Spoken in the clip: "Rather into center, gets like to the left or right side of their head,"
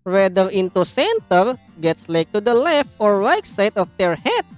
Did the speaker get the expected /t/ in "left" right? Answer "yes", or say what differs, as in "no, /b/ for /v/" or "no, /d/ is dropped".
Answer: yes